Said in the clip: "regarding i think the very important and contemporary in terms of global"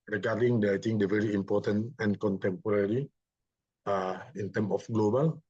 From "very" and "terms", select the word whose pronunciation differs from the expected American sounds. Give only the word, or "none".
terms